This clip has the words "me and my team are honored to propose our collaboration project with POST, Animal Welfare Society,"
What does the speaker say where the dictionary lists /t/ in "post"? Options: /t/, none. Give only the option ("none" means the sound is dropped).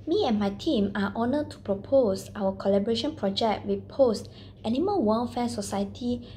/t/